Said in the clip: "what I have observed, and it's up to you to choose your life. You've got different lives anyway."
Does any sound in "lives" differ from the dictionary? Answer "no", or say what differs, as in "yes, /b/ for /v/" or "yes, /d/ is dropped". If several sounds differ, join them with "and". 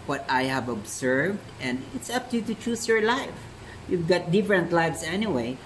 yes, /s/ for /z/